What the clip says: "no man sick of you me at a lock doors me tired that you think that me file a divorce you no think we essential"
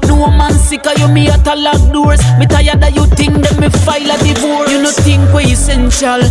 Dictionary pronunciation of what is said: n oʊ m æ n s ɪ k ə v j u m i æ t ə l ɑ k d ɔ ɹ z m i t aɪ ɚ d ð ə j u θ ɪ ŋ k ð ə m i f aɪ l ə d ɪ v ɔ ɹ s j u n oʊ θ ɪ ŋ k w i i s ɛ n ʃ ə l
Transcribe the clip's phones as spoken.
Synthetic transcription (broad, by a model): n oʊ m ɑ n s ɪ k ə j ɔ m i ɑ t ə l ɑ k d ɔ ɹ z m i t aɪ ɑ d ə j u t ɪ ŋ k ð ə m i f aɪ l ə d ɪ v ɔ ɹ j u n oʊ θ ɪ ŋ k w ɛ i s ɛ n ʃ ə l